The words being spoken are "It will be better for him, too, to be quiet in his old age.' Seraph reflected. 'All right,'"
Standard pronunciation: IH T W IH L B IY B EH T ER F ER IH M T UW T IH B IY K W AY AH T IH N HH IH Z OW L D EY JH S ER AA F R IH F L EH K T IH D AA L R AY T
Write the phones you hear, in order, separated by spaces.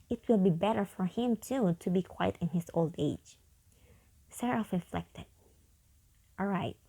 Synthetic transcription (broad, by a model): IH T W IH L B IY B EH T ER F ER IH M T UW T IH B IY K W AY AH T IH N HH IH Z OW L D EY JH S ER AA F R IH F L EH K T IH D AA L R AY T